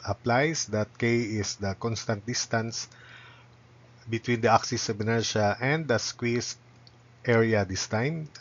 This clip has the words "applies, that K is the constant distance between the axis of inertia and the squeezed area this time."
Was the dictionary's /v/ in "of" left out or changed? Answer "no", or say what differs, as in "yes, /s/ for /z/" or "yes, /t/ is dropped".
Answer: yes, /b/ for /v/